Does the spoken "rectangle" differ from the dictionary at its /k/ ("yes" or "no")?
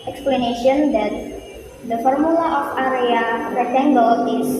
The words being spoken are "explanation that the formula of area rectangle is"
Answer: yes